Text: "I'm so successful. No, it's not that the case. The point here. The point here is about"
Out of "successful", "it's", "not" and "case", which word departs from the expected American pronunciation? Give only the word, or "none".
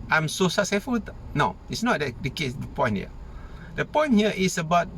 successful